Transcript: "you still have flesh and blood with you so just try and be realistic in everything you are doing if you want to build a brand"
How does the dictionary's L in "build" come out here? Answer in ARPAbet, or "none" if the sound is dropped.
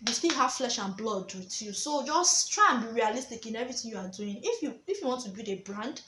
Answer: none